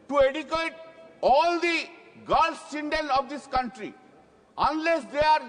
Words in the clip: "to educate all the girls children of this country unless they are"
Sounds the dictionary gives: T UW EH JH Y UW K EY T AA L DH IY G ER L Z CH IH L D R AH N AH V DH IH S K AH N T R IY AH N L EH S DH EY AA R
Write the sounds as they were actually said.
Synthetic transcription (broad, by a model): T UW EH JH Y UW K EY T AA L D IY G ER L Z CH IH N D AH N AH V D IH S K AH N T R IY AH N L EH S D EY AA R